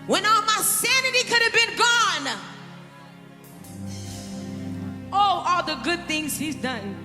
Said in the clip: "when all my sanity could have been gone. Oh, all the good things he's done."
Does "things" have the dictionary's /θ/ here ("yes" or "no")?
yes